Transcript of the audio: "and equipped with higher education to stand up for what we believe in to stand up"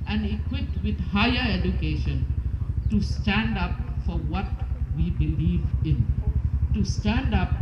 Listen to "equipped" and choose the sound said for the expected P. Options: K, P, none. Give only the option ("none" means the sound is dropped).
none